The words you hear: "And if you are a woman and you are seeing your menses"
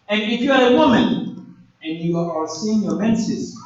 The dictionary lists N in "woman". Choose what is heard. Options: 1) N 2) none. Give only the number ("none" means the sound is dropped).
1